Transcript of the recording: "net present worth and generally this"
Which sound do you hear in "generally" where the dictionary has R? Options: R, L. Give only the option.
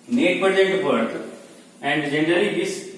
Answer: R